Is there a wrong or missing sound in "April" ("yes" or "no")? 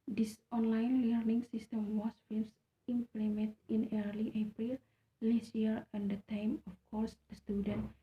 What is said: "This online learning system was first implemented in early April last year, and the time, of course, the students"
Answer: no